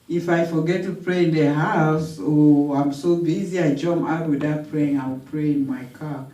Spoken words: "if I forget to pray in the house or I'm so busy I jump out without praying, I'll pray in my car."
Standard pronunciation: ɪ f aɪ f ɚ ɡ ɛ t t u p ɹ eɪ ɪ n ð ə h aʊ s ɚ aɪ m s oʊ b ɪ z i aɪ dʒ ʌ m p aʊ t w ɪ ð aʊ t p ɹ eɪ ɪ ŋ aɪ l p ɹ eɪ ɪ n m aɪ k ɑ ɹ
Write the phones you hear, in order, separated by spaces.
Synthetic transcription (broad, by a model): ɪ f aɪ f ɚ ɡ ɛ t t u p ɹ eɪ ɪ n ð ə h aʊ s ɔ aɪ m s oʊ b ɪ z i aɪ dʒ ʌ m aʊ t w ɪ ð aʊ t p ɹ eɪ ɪ ŋ aɪ w p ɹ eɪ ɪ n m aɪ k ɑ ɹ